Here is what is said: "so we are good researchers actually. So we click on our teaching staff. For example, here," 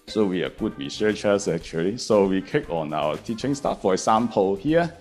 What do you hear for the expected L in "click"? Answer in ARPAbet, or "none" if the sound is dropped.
none